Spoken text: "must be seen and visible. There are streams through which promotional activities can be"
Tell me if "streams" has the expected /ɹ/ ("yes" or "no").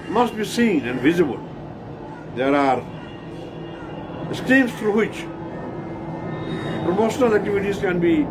no